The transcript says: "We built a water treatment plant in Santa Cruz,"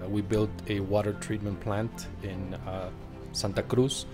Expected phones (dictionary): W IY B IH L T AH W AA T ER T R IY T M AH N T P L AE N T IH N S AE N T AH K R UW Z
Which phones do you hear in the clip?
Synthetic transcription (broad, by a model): W IY B IH L T AH W AA T ER T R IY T M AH N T P L AE N T IH N S AE N T AH K R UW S